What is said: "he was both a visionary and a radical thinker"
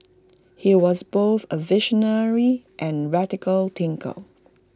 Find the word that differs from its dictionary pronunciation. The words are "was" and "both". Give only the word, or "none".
none